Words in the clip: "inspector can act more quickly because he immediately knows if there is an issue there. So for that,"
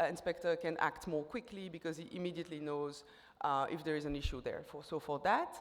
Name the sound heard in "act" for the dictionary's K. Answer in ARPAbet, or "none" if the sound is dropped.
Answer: K